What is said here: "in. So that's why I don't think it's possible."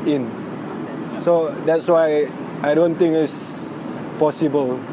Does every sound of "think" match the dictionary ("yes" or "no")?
no